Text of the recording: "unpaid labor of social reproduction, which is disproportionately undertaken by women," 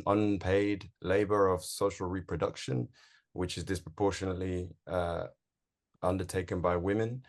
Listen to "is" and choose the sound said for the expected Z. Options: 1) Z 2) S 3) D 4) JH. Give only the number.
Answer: 1